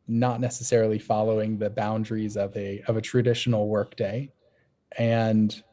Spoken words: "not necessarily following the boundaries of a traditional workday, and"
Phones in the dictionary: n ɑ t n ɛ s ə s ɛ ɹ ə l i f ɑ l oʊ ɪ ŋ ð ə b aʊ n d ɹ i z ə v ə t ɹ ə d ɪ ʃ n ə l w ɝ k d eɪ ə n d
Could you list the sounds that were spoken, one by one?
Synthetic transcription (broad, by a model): n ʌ t n ɛ s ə s ɛ ɹ l i f ɑ l oʊ ɪ ŋ ð ə b aʊ n d ɹ i z ə v ə t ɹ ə d ɪ ʃ n l w ɝ k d eɪ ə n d